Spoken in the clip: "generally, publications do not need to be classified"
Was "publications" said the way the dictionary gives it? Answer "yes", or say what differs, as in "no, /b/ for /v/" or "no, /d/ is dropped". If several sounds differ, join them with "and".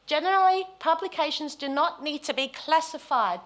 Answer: yes